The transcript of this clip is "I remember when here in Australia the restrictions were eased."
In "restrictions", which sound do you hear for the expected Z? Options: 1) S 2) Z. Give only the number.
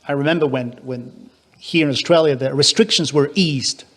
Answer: 2